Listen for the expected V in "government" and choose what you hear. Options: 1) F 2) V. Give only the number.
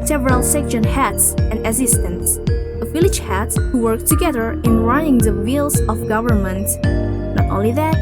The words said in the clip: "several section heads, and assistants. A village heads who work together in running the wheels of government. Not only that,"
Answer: 2